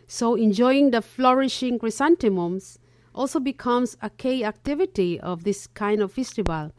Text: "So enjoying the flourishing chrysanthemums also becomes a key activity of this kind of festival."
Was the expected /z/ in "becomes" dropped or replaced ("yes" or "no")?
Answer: yes